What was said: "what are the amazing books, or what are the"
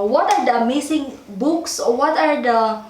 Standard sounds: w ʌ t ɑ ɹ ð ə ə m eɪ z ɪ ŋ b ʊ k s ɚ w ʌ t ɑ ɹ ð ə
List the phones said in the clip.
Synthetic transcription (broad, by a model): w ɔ t ɑ ɹ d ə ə m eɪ s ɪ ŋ b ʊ k s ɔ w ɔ t ɑ ɹ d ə